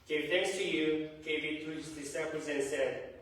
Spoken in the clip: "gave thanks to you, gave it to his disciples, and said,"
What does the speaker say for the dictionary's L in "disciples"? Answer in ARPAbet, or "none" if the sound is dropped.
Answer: none